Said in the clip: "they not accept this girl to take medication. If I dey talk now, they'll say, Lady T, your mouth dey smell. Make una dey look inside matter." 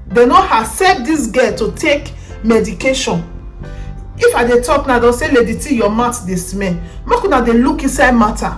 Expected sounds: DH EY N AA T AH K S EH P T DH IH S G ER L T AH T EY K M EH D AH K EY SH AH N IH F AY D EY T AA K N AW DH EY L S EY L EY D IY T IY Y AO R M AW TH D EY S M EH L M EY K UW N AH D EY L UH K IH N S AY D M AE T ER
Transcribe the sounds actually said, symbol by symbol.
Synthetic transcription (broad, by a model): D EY N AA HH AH S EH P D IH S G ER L T AH T EY K M EH D AH K EY SH AH N IH F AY D EY T AA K N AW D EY S EY L EY D IY T IY Y AO M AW T D EY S M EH N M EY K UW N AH D EY L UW K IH N S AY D M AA T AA